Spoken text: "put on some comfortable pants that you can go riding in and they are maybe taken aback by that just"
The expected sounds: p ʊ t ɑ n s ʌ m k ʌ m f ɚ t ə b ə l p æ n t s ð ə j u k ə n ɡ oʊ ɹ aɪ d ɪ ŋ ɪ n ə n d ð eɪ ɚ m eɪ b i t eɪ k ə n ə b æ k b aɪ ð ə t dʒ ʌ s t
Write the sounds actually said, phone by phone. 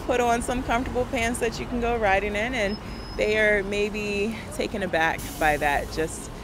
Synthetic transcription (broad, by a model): p ʊ t n s ʌ m k ʌ m f t ə b l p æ n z ð ə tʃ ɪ k n ɡ oʊ ɹ aɪ d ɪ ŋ ɪ n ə n ð eɪ ɚ m eɪ b i t eɪ k ə n ə b æ k b aɪ ð ə t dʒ ʌ s t